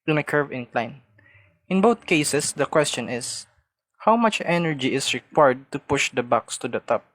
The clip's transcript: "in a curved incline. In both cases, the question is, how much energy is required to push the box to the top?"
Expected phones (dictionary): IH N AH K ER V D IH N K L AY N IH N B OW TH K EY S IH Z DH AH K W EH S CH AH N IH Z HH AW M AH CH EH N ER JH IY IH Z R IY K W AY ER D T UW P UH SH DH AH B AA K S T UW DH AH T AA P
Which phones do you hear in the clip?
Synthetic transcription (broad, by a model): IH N AH K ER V IH N K L AY N IH N B OW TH K EY S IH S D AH K W EH S CH AH N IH S HH AW M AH CH EH N ER JH IY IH S R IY K W AY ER D T UW P UH SH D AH B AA K S T UW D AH T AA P